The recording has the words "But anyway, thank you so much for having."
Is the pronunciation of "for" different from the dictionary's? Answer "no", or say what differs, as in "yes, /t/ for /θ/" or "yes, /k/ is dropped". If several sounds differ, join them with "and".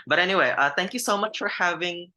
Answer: no